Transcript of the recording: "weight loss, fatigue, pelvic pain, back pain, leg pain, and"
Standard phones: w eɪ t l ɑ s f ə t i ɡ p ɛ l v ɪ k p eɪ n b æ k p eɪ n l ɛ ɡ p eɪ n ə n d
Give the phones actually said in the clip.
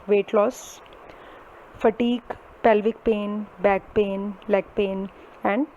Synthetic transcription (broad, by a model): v eɪ t l ɑ s f ə t i ɡ p ɛ l v ɪ k p eɪ n b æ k p eɪ n l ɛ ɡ p eɪ n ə n d